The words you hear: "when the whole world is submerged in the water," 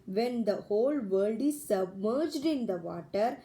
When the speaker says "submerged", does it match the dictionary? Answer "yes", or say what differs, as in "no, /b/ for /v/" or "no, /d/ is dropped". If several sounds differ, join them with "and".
yes